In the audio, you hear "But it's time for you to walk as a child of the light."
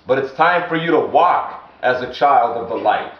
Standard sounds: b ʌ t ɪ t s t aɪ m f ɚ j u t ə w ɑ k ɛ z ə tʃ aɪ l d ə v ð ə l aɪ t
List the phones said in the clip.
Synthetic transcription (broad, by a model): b ʌ t ɪ t s t aɪ m f ɚ j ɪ t ə w ɑ k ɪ z ə tʃ aɪ l d ə v ð ə l aɪ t